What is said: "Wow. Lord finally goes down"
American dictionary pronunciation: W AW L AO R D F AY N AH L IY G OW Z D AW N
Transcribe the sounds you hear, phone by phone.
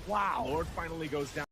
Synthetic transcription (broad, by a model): W AW L AO R D F AY N L IY G OW Z D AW